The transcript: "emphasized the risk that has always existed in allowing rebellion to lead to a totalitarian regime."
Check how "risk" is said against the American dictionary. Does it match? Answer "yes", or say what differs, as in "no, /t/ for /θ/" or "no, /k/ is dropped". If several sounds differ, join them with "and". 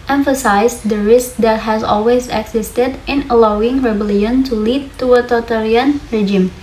yes